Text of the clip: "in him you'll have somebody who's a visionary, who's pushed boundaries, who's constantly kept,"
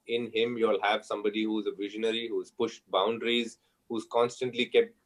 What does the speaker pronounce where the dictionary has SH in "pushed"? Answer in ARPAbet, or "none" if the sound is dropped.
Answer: SH